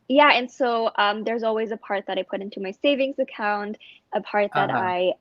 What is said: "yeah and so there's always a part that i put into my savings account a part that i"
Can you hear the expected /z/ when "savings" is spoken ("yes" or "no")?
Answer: yes